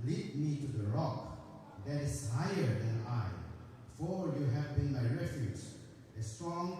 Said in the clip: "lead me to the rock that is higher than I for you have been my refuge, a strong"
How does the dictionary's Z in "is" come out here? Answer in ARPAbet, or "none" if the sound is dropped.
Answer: S